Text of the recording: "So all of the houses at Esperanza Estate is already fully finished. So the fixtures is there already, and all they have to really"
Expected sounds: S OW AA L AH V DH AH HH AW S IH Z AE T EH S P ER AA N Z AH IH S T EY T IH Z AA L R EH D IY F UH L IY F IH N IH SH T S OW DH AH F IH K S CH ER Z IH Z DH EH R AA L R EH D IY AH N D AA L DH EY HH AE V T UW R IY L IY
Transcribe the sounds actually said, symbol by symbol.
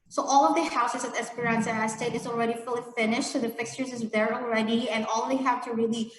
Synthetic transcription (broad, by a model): S OW AA L AH V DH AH HH AW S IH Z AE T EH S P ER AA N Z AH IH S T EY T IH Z AA L R EH D IY F UH L IY F IH N IH SH T S OW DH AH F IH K S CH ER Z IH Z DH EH R AA L R EH D IY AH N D AA L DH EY HH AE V T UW R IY L IY